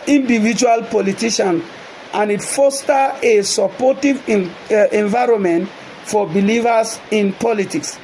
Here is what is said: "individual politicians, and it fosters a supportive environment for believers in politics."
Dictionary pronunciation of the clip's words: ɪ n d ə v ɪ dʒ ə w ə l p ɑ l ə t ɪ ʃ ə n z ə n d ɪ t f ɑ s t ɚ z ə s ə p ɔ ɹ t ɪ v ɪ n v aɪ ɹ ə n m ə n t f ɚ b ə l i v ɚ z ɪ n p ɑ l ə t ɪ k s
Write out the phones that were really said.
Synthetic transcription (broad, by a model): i n d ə v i dʒ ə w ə l p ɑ l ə t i ʃ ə n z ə n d ɪ t f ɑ s t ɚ ə s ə p ɔ t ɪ v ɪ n v aɪ ɹ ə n m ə n t f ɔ b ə l i v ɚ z ɪ n p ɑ l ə t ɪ k s